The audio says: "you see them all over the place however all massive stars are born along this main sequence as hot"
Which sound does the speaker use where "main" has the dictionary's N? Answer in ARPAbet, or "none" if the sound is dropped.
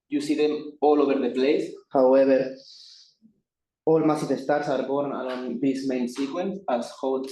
N